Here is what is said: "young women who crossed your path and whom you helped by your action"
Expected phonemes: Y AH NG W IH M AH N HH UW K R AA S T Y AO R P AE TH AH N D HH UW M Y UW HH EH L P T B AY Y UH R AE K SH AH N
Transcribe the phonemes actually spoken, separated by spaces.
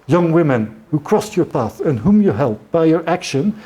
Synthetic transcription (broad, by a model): Y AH NG W IH M AH N HH UW K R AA S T Y AO R P AE TH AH N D HH UW M Y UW HH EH L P B AY Y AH R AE K SH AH N